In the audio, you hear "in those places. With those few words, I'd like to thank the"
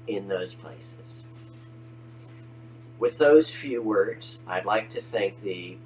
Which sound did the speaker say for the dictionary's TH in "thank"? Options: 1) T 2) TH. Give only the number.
2